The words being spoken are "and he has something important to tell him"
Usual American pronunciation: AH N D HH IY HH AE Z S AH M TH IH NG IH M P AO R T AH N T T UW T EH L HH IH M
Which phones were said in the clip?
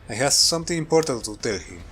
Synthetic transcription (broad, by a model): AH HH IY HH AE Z S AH M T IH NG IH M P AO R T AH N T T UW T EH L HH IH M